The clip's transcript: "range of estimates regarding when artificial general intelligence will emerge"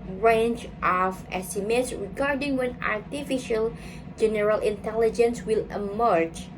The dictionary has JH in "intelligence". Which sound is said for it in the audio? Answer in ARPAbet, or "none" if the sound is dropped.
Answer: JH